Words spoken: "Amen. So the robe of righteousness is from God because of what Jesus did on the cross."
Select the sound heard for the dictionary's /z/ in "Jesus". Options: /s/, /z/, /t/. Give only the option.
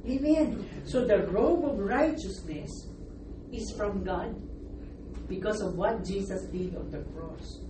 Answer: /s/